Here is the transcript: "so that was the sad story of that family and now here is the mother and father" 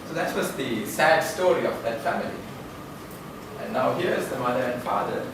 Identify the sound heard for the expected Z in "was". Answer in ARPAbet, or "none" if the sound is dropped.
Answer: S